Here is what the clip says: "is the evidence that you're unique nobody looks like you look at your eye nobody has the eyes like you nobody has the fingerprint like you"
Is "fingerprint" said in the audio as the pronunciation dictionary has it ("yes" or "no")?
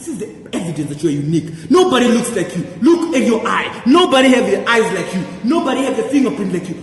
no